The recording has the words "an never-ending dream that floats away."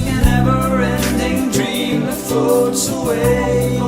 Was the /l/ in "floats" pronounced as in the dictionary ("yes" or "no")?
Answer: no